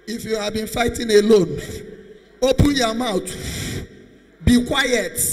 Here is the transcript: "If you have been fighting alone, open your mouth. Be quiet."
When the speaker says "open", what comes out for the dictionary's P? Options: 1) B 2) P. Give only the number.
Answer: 2